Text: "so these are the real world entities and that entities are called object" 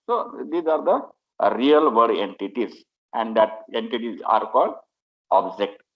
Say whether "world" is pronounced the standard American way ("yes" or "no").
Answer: no